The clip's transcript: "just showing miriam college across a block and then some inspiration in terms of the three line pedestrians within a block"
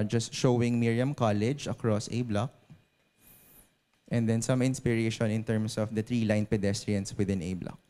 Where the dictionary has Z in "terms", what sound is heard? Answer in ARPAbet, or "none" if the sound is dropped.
S